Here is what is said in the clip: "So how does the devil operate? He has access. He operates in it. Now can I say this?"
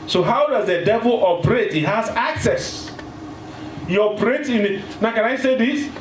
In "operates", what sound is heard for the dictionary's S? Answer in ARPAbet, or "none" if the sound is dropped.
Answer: none